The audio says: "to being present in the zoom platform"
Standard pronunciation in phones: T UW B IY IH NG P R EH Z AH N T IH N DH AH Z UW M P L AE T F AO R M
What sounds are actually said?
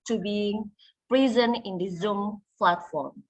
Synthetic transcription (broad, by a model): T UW B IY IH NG P R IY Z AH N IH N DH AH Z UW M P L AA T F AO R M